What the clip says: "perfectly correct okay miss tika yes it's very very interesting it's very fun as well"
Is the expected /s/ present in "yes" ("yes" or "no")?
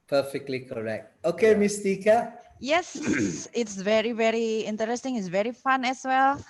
yes